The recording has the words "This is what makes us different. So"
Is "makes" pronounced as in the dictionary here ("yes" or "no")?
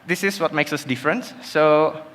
yes